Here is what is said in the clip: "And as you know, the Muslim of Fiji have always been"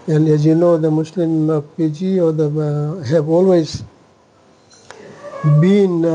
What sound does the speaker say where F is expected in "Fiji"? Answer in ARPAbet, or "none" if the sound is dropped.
P